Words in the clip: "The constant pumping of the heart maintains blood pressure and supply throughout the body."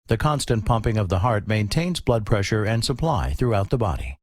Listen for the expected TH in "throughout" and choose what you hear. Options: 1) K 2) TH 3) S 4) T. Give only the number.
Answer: 2